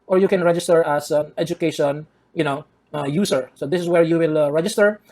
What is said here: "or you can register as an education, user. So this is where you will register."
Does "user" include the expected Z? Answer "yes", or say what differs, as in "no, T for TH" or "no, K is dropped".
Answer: no, S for Z